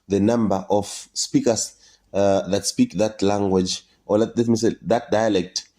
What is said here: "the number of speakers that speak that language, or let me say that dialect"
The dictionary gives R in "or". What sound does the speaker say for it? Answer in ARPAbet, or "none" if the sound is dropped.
L